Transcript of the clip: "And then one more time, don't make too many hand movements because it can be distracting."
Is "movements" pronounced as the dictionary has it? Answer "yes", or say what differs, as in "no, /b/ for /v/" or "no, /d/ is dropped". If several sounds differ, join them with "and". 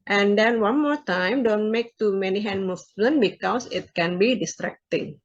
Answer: no, /s/ is dropped